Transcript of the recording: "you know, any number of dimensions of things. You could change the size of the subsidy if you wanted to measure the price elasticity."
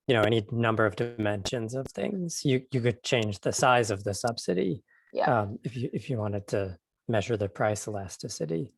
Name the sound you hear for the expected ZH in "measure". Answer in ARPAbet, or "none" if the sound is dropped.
ZH